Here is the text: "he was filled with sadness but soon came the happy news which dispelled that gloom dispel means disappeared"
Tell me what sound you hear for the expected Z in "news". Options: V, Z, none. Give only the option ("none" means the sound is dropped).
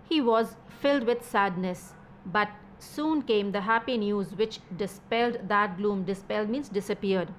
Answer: Z